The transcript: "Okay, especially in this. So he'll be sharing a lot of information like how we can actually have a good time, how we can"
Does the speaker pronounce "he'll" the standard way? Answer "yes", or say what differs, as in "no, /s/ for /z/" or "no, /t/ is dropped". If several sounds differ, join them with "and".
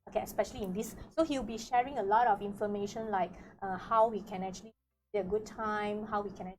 no, /w/ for /l/